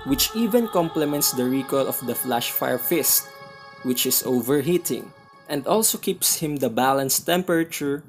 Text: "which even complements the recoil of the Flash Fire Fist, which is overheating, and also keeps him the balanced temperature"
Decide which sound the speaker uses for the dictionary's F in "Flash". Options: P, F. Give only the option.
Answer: F